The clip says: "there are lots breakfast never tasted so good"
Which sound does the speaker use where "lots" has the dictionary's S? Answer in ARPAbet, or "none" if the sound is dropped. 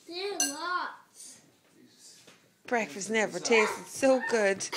none